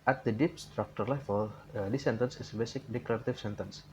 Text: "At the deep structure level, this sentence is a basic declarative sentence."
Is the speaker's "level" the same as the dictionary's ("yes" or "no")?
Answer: no